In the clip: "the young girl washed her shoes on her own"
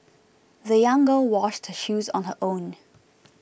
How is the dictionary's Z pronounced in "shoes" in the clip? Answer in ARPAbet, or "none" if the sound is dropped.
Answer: Z